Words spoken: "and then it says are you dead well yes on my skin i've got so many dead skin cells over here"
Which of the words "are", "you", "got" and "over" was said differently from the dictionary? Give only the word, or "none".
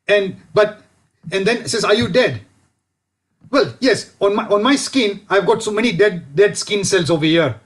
none